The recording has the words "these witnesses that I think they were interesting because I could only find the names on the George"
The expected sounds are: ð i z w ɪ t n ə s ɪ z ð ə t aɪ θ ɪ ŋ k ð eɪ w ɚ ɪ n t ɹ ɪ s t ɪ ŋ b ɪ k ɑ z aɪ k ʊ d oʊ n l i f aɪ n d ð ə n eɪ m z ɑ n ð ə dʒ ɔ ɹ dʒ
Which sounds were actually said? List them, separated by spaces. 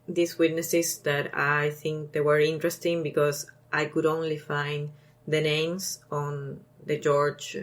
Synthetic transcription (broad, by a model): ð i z w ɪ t n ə s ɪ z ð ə t aɪ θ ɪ ŋ k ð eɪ w ɚ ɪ n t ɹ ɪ s t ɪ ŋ b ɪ k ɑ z aɪ k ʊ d oʊ n l i f aɪ n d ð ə n eɪ m s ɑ n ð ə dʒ ɔ ɹ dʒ